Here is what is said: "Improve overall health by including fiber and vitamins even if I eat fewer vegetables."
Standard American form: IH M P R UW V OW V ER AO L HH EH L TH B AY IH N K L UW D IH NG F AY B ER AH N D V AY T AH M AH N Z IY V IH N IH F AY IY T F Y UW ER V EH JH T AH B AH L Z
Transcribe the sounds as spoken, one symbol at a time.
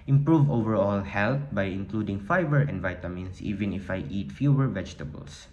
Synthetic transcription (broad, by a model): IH M P R UW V OW V ER AO L HH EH L T B AY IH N K L UW D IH NG F AY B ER AH N D V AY T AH M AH N S IY V IH N IH F AY IY T F Y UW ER V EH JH T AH B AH L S